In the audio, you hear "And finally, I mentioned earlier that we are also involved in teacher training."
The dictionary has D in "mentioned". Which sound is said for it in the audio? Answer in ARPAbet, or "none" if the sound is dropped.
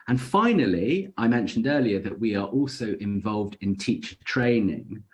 D